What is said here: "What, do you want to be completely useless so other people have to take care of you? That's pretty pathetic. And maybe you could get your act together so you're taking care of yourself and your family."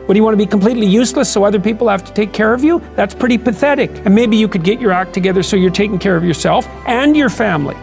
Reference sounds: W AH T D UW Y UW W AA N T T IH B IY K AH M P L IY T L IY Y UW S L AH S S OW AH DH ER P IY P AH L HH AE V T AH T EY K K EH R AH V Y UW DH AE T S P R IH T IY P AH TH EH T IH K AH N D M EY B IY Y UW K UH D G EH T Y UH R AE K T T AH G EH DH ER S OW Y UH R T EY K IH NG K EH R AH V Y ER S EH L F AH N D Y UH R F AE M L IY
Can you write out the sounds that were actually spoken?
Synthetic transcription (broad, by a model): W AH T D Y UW W AA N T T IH B IY K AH M P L IY T L IY Y UW S L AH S S OW AH DH ER P IY P L HH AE F T AH T EY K K EH R AH V Y UW DH AE T S P R IH T IY P AH TH EH T IH K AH N M EY B IY Y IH K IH D G EH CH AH R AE K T T AH G EH DH ER S OW Y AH R T EY K IH NG K EH R AH V Y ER S EH L F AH N Y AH R F AE M L IY